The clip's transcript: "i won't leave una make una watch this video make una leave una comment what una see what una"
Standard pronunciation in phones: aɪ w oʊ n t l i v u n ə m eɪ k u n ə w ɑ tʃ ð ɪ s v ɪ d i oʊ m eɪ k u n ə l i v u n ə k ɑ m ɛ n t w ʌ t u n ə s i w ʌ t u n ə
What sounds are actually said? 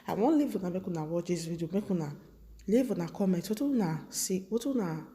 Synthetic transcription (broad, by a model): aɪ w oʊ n l i v u n ə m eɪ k u n ə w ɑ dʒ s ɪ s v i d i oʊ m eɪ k u n ə l i v u n ə k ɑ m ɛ t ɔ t u n ə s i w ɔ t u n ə